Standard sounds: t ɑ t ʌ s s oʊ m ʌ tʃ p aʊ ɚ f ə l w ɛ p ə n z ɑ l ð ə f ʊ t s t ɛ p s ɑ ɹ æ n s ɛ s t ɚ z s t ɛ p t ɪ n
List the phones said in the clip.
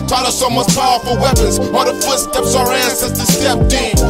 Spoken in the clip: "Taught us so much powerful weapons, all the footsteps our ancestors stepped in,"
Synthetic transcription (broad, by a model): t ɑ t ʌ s s oʊ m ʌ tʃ p aʊ ɚ f ə l w ɛ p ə n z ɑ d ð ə f ʊ t s t ɛ p s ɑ ɹ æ n s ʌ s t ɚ s t ɛ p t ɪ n